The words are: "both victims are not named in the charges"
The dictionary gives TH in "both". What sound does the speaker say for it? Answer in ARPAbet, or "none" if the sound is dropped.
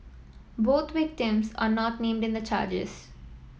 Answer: T